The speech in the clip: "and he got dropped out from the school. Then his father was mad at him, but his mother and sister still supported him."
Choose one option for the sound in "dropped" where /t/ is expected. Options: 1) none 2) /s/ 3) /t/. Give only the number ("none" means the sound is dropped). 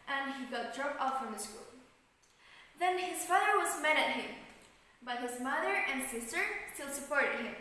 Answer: 1